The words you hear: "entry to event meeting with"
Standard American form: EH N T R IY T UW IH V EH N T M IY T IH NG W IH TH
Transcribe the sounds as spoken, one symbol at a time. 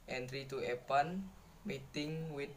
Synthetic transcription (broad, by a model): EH N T R IY T UW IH P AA N M IY T IH NG W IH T